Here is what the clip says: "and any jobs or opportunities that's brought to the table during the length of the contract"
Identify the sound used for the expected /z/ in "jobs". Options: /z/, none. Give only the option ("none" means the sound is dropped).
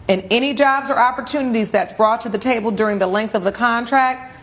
/z/